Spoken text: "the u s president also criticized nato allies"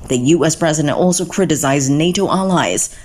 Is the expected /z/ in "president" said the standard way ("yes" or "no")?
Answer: yes